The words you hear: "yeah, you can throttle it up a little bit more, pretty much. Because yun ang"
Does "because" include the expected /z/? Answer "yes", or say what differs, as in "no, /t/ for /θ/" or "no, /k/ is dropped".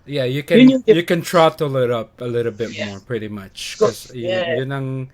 no, /z/ is dropped